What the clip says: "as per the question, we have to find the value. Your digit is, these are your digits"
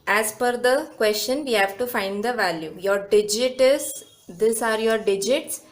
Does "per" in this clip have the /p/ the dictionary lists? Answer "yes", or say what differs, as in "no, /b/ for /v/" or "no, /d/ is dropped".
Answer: no, /f/ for /p/